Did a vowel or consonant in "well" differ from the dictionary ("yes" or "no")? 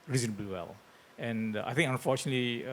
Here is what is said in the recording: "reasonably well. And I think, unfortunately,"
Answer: no